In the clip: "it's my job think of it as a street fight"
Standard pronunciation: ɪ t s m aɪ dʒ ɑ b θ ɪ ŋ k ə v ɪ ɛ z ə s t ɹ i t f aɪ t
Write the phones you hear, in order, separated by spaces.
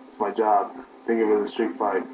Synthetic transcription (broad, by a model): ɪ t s m aɪ dʒ ɑ b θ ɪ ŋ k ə w ɪ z ə s t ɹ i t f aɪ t